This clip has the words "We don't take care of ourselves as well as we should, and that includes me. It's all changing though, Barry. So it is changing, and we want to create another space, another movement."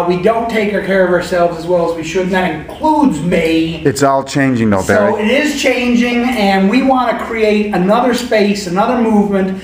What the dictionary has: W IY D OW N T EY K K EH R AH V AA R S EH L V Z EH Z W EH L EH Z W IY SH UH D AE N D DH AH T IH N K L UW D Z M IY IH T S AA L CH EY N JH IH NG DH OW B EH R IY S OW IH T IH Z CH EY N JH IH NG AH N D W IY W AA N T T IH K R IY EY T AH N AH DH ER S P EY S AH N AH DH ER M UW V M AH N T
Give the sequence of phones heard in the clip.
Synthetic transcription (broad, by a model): W IY D OW N T EY K K EH R AH V AA R S EH L V Z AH Z W EH L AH Z W IY SH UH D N DH AH T IH N K L UW D Z M IY IH T S AA L CH EY N JH IH NG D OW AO IY IH T IH Z CH EY N JH IH NG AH N W IY W AA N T T IH K R IY EY T AH N AH DH ER S P EY S AH N AH DH ER M UW V M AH N T